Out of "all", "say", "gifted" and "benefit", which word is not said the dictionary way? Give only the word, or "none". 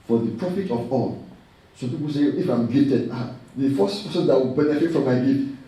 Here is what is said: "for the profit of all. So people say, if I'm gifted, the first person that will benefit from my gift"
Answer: gifted